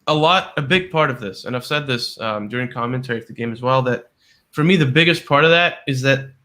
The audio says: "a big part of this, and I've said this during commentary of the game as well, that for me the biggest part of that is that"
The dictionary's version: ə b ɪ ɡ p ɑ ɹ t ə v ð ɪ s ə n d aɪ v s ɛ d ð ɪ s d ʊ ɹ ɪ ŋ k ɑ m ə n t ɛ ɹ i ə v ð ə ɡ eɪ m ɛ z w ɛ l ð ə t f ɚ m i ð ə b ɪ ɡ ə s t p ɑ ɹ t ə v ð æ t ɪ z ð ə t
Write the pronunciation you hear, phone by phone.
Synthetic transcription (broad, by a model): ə b ɪ ɡ p ɑ ɹ t ə v ð ɪ s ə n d aɪ v s ɛ d ð ɪ s d ʊ ɹ ɪ ŋ k ɑ m ə n t ɛ ɹ i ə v ð ə ɡ eɪ m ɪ z w ɛ l ð ə t f ɚ m i ð ə b ɪ ɡ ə s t p ɑ ɹ t ə v ð æ t ɪ z ð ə t